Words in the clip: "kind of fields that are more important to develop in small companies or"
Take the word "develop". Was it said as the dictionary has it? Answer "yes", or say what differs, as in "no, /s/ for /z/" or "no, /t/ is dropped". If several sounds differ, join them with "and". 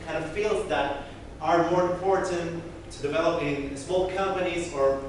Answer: yes